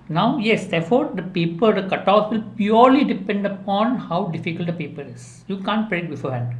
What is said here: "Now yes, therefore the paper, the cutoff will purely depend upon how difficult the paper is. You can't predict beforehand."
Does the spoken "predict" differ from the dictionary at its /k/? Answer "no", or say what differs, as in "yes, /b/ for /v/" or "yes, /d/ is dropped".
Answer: yes, /k/ is dropped